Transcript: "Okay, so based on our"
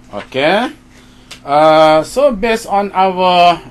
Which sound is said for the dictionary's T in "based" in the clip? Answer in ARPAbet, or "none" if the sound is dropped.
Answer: none